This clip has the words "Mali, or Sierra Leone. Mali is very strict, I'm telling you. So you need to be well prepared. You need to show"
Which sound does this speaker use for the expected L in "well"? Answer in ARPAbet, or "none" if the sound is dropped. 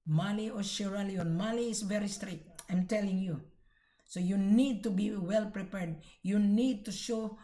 L